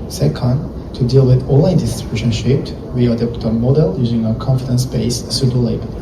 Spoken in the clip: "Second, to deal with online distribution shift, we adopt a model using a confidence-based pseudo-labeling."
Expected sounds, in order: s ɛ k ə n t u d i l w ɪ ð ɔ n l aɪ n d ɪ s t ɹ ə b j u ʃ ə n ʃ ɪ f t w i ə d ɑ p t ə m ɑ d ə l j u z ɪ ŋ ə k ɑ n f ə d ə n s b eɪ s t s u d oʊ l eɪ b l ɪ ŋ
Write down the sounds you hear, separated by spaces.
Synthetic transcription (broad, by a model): s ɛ k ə n t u d i l w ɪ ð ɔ l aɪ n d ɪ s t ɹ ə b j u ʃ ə n ʃ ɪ p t w i ə d ɑ p t ə m ɑ d ə l j u z ɪ ŋ ə k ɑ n f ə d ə n s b eɪ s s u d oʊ l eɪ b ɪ